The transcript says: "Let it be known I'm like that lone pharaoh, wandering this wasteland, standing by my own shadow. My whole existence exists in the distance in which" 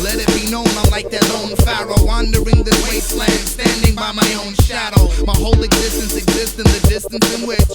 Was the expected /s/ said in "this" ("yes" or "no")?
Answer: no